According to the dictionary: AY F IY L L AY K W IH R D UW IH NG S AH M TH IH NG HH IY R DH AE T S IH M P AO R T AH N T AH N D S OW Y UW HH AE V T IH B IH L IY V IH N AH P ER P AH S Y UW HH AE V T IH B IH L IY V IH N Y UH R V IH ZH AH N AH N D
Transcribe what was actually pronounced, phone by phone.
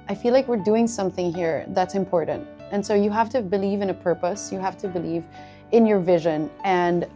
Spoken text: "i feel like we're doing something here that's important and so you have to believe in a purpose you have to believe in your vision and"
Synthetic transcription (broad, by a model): AY F IY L L AY K W IH R D UW IH NG S AH M TH IH NG HH IY R DH AE T S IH M P AO R T N T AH N S OW Y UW HH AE F T IH B IH L IY V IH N AH P ER P AH S Y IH HH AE F T IH B IH L IY V IH N Y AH R V IH ZH AH N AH N